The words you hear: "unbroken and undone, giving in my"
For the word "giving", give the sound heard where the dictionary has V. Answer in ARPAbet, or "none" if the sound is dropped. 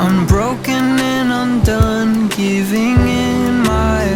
V